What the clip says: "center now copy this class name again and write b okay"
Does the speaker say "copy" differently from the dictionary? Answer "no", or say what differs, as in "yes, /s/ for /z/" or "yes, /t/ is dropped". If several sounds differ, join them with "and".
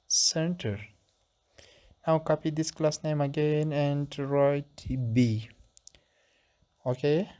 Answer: no